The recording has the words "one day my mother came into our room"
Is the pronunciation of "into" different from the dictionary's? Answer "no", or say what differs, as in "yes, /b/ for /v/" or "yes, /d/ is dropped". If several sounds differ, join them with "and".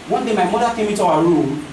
yes, /n/ is dropped